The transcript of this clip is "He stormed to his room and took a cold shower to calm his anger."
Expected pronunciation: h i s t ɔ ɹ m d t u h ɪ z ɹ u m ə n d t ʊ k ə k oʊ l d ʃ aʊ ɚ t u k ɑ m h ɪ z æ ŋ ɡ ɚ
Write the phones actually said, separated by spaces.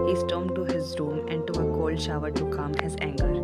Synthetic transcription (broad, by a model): h i s t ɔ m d t u h ɪ z ɹ u m ə n d t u ə k oʊ l d ʃ aʊ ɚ t u k ɑ m h ɪ z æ ŋ ɡ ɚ